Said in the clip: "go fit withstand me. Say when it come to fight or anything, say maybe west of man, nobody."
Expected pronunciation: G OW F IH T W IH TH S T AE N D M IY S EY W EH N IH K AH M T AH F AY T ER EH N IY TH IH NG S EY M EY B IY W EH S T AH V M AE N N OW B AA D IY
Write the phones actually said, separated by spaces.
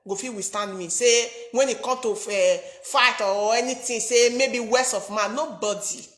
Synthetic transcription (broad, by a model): G OW F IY W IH S T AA N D M IY S EY W EH N IH K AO M T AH F AY T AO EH N IY T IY S EY M EY B IY W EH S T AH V M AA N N OW B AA D IY